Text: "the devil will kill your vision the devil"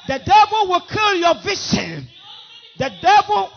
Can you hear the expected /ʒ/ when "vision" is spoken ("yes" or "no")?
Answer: no